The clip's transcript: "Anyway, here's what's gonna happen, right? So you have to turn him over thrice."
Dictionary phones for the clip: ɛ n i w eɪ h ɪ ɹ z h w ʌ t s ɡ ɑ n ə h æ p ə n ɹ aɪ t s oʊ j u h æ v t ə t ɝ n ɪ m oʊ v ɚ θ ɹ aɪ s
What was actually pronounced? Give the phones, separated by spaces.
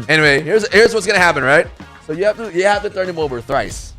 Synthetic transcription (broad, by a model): ɛ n i w eɪ h ɪ ɹ z h w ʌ t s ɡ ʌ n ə h æ p ə n ɹ aɪ t s oʊ j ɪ h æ f t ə t ɝ n ɪ m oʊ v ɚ θ ɹ aɪ s